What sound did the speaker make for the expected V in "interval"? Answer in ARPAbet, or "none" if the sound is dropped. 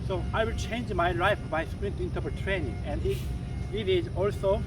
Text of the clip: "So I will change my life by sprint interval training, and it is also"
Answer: P